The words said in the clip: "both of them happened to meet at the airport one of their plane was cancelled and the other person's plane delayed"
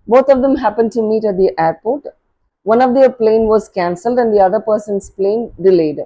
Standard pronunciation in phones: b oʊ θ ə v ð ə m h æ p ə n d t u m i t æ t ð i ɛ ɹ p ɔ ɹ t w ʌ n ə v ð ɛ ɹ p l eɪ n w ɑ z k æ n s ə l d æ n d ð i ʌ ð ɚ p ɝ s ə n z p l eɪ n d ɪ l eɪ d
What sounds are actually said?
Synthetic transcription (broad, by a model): b oʊ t ə v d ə m h æ p ə n d t u m i t æ t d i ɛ ɹ p ɔ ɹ t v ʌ n ə v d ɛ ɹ p l eɪ n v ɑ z k æ n s ə l d æ n d i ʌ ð ɚ p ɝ s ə n s p l eɪ n d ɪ l eɪ d